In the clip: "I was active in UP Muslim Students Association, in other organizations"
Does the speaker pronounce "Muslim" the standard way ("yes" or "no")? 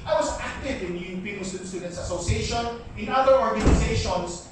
no